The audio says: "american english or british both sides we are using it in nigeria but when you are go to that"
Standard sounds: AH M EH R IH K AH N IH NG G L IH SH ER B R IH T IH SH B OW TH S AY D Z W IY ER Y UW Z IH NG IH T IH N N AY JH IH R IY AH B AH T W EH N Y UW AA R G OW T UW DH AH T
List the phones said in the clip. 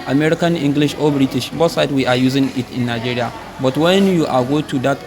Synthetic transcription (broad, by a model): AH M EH R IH K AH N IH NG G L IH SH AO B R IH T IH SH B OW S AY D W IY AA Y UW Z IH NG IH T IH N N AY JH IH R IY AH B AH T W EH N Y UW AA L G OW T UW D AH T